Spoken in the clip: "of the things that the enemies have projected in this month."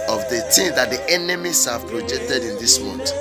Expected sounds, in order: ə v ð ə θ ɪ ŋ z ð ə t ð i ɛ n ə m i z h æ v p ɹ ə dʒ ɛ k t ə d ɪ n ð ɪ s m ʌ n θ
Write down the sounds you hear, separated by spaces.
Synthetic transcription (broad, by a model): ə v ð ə t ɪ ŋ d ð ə t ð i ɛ n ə m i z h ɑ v p ɹ ə dʒ ɛ k t ə d ɪ n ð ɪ s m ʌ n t